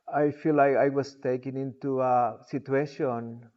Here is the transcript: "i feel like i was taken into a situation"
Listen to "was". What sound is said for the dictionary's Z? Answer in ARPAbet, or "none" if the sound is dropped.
S